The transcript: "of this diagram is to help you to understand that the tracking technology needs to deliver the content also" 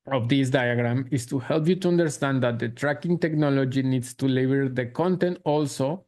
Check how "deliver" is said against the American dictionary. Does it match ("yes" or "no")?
no